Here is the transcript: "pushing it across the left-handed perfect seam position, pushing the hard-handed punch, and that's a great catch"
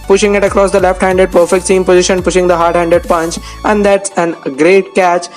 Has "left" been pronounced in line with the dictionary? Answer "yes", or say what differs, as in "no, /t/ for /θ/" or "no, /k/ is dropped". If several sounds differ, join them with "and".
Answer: yes